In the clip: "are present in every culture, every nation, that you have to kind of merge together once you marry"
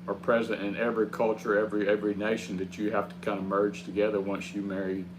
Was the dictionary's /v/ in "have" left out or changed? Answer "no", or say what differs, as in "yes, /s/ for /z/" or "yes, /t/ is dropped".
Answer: yes, /f/ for /v/